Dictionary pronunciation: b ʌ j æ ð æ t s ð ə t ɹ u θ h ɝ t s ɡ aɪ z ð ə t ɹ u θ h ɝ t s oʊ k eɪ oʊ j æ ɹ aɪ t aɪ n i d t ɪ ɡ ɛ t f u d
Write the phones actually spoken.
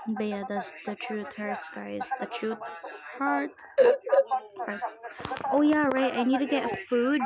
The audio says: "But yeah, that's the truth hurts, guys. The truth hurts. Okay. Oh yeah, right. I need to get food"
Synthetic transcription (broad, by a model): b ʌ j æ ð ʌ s ð ə t ɹ u θ h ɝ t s ɡ aɪ z ð ə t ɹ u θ h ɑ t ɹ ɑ ɪ oʊ j æ ɹ aɪ t aɪ n i d t ɪ ɡ ɛ t f u d